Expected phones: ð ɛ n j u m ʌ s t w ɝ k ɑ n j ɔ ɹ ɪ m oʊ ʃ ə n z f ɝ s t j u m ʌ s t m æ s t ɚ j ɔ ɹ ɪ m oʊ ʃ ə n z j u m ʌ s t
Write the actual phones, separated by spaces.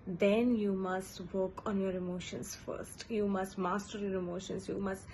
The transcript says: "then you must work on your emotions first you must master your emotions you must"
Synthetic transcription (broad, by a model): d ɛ n j u m ʌ s t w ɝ k ɑ n j ɔ ɹ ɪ m oʊ ʃ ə n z f ɝ s t j u m ʌ s t m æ s t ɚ j ɔ ɹ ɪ m oʊ ʃ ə n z j u m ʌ s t